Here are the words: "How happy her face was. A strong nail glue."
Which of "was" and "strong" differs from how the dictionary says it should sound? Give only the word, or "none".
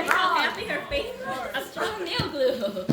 was